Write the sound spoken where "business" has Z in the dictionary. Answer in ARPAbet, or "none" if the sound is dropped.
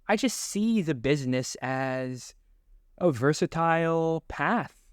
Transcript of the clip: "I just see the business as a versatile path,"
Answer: Z